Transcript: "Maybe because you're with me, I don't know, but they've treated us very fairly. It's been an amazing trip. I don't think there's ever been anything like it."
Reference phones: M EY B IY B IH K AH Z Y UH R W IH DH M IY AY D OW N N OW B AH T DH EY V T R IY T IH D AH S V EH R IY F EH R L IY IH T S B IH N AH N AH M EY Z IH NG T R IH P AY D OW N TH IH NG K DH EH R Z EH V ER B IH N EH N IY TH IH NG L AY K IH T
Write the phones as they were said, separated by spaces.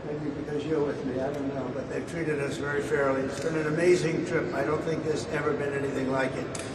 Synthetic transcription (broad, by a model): M EY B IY B IH K AH Z Y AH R W IH DH M IY AY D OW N N OW B AH T DH EY V T R IY T IH D AH S V EH R IY F EH R L IY IH T S B IH N AH N AH M EY Z IH NG T R IH P AY D OW N TH IH NG K DH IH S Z EH V ER B IH N EH N IY TH IH NG L AY K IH T